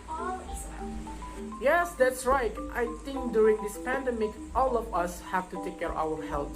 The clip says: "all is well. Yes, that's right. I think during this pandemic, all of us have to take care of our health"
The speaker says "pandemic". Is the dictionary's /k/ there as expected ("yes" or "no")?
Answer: yes